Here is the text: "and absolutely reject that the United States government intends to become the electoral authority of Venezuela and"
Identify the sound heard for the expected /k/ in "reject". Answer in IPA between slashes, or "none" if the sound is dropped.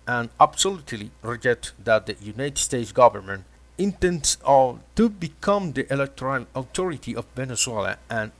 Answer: none